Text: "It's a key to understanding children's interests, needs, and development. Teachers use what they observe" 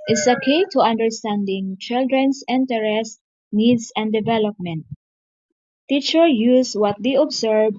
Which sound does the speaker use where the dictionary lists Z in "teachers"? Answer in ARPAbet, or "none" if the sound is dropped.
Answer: none